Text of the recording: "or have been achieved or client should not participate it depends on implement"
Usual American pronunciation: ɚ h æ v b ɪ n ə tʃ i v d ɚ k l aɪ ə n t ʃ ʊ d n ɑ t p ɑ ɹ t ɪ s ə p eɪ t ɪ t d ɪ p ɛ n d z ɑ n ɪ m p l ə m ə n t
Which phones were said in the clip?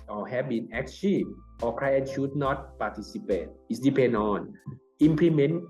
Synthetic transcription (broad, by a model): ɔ h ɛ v b ɪ n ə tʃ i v ɔ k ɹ aɪ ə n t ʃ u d n ɑ t p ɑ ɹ t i s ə p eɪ t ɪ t d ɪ p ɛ n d ɑ n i m p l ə m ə n